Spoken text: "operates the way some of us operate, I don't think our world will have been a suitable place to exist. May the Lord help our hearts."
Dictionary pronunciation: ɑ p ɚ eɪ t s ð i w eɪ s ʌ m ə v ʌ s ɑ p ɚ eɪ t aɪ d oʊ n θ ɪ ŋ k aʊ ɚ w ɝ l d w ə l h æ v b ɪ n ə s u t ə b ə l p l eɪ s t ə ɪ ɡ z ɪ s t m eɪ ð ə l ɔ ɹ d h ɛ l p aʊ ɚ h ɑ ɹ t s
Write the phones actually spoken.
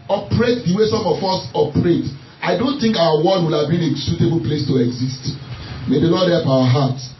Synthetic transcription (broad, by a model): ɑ p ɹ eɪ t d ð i w eɪ s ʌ m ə f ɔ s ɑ p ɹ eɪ t aɪ d oʊ n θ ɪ ŋ k aʊ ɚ w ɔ d w ə l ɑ v b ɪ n ə s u t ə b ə l p l eɪ s t ə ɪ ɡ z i s t m eɪ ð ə l ɔ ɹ d h ɛ l p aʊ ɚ h ɑ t